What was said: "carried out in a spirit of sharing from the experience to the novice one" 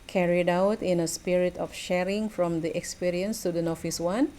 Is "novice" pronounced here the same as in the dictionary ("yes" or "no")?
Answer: no